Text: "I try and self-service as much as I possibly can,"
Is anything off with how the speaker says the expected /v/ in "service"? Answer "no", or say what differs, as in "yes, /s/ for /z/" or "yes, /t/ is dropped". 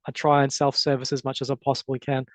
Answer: no